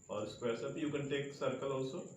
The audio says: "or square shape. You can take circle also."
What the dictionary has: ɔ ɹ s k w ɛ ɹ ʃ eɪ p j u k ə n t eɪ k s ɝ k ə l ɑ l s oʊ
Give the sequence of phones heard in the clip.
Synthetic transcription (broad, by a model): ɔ ɹ s k w ɛ ɹ s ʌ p j u k ə n t eɪ k s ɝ k ə l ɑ l s oʊ